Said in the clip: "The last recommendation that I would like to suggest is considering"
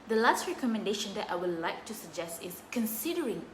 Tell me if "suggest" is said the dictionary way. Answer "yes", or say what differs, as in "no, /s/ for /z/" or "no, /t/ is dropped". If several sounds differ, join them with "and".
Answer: yes